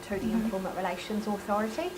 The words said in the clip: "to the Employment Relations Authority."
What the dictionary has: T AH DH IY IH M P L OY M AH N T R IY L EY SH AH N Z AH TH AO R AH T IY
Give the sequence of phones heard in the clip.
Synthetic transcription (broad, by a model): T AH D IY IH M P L M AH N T R IY L EY SH AH N Z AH TH AO R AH T IY